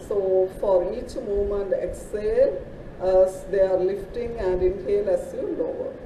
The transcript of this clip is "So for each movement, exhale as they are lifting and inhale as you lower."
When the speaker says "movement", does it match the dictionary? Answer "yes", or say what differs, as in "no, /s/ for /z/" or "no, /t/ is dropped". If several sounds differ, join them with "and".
no, /v/ is dropped